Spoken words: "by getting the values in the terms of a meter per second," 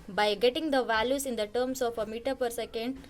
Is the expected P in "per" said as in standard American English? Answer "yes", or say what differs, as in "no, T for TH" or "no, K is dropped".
yes